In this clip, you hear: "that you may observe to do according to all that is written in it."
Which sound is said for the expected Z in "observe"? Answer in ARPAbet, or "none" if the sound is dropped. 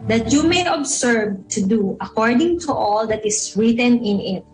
S